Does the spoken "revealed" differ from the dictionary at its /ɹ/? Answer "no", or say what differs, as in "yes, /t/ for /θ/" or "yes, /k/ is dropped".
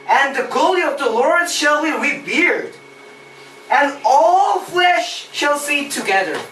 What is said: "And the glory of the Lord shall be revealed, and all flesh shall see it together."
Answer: yes, /w/ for /ɹ/